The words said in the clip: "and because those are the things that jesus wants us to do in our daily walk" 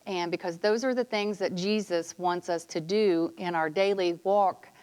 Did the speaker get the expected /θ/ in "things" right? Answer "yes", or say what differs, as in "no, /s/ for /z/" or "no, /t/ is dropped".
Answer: yes